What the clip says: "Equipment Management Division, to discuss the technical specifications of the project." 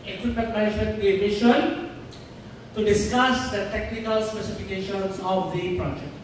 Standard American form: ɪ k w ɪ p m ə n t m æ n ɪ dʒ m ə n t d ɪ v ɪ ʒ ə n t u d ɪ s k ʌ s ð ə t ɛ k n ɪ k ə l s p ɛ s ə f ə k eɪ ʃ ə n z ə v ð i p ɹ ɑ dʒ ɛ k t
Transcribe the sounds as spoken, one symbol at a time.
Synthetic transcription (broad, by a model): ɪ k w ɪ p m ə n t m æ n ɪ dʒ m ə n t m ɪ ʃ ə n t u d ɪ s k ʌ s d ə t ɛ k n ɪ k ə l s p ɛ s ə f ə k eɪ ʃ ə n s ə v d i p ɹ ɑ dʒ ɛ k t